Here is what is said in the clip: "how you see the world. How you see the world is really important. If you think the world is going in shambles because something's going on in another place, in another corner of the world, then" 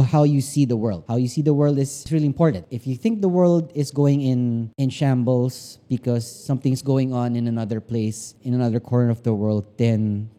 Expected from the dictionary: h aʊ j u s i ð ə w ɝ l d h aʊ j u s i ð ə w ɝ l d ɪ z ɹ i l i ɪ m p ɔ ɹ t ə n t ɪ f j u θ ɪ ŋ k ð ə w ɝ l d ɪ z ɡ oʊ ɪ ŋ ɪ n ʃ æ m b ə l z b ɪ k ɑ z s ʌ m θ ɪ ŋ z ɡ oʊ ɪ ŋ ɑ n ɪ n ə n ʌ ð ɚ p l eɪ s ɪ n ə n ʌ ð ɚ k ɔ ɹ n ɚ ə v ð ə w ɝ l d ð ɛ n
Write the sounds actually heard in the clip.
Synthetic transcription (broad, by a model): h aʊ j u s i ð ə w ɝ l d h aʊ j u s i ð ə w ɝ l d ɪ s ɹ i l i ɪ m p ɔ ɹ t ə n t ɪ f j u θ ɪ ŋ k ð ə w ɝ l d ɪ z ɡ oʊ ɪ ŋ ɪ n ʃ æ m b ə l s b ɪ k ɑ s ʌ m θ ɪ ŋ s ɡ oʊ ɪ ŋ ɑ n ɪ n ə n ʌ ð ɚ p l eɪ s ɪ n ə n ʌ ð ɚ k ɔ ɹ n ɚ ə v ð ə w ɝ l d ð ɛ n